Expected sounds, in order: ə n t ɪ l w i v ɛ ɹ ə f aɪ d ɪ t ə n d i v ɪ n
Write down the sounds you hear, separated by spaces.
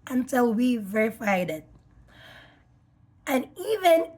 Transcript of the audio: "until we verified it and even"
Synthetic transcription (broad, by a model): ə n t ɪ l w i v ɛ ɹ ə f aɪ d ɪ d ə n i v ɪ n